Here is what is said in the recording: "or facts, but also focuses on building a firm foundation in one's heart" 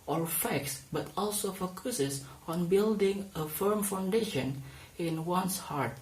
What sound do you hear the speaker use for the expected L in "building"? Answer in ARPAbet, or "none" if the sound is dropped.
L